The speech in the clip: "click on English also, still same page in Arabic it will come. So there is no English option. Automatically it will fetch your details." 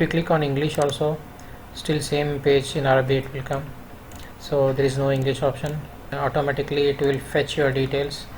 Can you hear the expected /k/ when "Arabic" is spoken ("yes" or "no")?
no